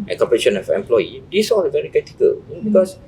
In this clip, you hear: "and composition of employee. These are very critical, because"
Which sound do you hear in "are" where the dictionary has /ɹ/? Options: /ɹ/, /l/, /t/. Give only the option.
/l/